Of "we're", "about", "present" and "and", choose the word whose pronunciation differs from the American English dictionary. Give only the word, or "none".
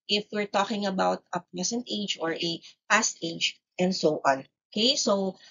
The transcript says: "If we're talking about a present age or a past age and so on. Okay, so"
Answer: present